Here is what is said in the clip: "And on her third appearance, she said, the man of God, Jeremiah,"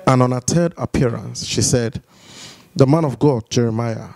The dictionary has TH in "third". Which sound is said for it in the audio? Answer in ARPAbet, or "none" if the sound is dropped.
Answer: T